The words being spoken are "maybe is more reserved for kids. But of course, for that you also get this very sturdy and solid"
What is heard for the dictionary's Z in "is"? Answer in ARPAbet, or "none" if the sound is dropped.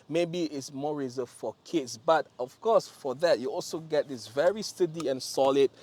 S